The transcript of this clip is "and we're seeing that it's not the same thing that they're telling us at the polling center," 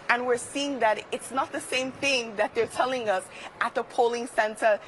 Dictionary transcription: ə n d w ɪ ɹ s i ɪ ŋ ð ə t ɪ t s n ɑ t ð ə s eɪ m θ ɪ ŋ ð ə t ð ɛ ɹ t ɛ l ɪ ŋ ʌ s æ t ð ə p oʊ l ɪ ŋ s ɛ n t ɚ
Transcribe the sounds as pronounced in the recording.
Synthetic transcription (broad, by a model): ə n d w ɪ ɹ s i ɪ ŋ ð ə t ɪ t s n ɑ t ð ə s eɪ m θ ɪ ŋ ð ə t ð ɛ ɹ t ɛ l ɪ ŋ ʌ s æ t ð ə p oʊ l ɪ ŋ s ɛ n t ɚ